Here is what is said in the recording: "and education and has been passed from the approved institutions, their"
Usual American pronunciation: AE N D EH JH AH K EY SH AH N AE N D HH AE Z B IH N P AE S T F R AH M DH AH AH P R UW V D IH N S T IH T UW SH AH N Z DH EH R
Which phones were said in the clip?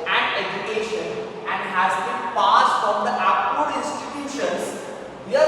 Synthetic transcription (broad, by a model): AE N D EH JH AH K EY SH AH N AE N D HH AE Z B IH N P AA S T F R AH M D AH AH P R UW D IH N S T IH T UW SH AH N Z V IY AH